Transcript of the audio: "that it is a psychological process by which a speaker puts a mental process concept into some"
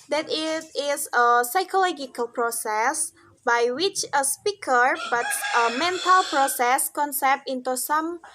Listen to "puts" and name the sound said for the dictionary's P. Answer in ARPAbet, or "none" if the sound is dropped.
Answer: B